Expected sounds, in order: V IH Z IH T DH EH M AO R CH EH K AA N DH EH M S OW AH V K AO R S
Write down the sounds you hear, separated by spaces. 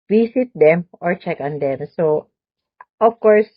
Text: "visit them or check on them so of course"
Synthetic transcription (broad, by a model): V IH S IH T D EH M AO R CH EH K AA N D EH M S OW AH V K AO R S